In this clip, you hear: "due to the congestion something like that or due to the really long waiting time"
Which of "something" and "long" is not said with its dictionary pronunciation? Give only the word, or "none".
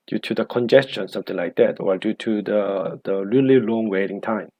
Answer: something